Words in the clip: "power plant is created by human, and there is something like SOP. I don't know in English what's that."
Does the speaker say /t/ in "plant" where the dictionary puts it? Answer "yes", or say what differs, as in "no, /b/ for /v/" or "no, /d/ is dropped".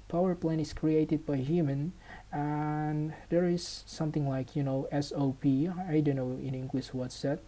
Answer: no, /t/ is dropped